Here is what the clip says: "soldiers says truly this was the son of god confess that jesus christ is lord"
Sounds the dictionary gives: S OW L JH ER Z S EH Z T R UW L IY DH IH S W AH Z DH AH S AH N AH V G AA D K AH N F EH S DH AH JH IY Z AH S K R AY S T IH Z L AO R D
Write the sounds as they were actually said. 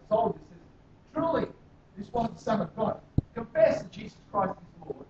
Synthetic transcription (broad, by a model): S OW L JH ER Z S EH Z T R UW L IY DH IH S W AH Z DH AH S AH N AH V G AA D K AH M F EH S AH JH IY Z AH S K R AY S T IH Z L AO R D